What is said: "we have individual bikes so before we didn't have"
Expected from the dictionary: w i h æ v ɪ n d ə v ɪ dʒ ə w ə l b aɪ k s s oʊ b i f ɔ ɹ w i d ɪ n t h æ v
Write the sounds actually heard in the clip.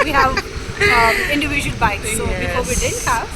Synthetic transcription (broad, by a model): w i h æ v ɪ n d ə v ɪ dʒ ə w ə l b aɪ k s s oʊ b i ɔ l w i d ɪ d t h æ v